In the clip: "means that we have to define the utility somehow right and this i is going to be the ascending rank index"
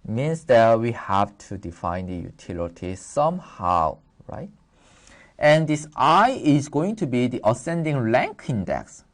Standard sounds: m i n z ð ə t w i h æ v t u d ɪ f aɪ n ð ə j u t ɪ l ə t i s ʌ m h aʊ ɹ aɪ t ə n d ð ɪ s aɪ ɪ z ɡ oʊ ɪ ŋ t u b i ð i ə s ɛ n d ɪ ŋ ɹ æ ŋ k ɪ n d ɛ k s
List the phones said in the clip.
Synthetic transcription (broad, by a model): m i n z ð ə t w i h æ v t u d ɪ f aɪ n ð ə j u t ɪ l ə t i s ʌ m h aʊ ɹ aɪ t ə n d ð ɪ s aɪ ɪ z ɡ oʊ ɪ ŋ t u b i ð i ə s ɛ n d ɪ ŋ l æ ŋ k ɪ n d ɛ k s